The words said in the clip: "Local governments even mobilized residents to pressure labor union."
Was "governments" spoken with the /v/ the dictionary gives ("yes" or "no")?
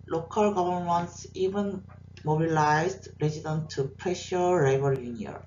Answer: no